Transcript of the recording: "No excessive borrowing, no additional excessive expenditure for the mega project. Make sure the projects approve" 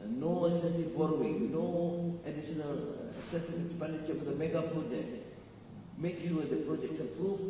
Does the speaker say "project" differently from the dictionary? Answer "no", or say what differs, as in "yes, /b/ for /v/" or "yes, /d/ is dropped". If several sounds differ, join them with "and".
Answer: yes, /k/ is dropped